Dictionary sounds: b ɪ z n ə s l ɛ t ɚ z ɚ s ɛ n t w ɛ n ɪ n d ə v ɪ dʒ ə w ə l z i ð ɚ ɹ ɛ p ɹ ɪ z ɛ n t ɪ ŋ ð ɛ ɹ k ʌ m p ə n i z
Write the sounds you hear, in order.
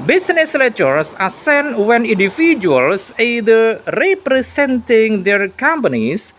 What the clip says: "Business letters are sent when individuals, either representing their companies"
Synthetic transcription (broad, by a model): b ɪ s n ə s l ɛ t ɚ s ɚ s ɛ n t w ɛ n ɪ n d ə f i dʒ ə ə l s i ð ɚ ɹ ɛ p ɹ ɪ s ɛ n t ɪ ŋ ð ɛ ɹ k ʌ m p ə n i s